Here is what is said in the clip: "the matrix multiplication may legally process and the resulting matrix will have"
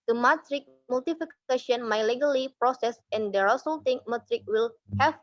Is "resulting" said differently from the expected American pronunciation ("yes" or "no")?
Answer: yes